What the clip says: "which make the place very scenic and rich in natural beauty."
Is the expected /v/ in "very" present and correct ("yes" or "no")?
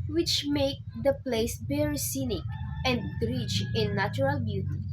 no